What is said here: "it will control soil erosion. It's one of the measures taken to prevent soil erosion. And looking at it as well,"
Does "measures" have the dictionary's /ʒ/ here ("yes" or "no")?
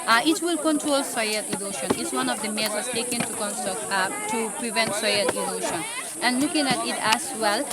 no